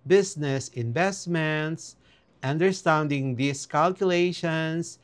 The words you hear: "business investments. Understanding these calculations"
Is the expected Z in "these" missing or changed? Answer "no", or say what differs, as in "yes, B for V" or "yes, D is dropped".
yes, S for Z